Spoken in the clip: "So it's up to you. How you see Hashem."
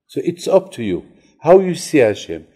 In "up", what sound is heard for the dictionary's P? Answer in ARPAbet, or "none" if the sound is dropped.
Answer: P